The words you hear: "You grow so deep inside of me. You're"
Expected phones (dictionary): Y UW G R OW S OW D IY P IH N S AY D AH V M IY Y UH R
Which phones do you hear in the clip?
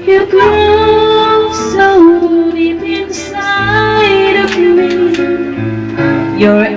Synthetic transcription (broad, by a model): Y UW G OW S OW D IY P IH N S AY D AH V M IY Y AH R